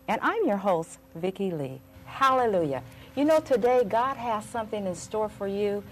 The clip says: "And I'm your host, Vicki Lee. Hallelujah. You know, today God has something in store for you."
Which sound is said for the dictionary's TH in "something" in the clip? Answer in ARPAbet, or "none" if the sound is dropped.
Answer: TH